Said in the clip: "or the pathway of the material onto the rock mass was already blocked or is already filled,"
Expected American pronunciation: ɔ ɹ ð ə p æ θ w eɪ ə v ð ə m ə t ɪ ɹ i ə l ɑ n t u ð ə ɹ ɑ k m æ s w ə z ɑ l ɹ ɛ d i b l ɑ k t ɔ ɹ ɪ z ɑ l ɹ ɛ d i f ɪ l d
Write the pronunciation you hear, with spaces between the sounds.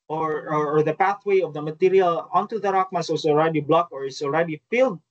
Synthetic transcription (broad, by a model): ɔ ɹ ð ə p æ θ w eɪ ə v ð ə m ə t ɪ ɹ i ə l ɑ n t u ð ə ɹ ɑ k m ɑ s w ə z ɑ l ɹ ɛ d i b l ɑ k ɔ ɹ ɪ s ɑ l ɹ ɛ d i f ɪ l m